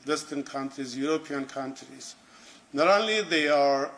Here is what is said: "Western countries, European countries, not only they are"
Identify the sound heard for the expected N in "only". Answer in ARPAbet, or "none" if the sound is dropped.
none